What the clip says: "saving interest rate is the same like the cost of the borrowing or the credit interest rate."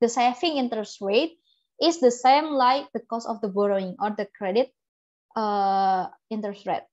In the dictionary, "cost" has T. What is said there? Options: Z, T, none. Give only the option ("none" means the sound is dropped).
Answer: none